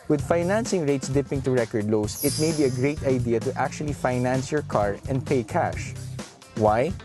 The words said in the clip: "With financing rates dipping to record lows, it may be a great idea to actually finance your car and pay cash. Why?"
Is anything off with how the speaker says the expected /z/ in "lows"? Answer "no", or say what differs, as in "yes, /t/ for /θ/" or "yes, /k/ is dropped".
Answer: yes, /s/ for /z/